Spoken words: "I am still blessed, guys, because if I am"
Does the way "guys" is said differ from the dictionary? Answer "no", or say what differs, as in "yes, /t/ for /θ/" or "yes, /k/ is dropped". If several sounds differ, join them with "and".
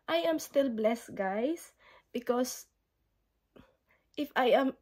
yes, /s/ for /z/